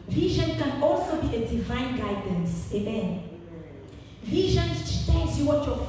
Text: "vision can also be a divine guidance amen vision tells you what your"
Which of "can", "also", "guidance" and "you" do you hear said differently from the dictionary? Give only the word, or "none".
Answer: none